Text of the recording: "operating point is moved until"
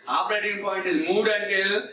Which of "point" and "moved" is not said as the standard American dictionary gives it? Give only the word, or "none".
moved